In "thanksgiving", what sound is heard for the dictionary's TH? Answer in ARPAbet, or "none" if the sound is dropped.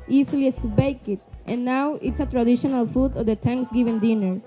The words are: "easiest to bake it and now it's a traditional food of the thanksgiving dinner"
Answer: T